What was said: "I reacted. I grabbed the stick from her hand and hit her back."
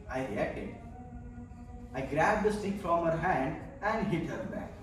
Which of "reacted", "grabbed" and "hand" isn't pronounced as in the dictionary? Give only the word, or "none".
reacted